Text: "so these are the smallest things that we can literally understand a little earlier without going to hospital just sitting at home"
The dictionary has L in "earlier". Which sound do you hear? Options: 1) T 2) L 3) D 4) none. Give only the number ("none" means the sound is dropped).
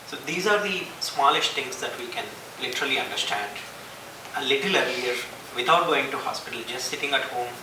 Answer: 4